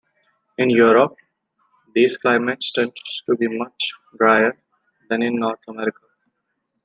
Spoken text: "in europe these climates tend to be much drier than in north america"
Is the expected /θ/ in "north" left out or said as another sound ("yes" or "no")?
yes